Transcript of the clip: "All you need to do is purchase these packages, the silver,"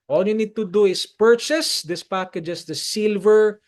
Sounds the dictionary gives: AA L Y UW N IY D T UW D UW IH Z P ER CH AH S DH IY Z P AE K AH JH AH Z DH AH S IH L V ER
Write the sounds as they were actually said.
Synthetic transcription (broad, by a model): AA L Y UW N IY D T UW D UW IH S P ER CH AH S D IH S P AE K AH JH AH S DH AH S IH L V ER